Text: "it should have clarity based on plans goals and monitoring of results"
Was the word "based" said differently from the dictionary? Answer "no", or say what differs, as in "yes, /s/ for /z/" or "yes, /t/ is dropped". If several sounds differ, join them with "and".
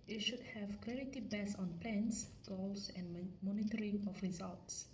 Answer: yes, /t/ is dropped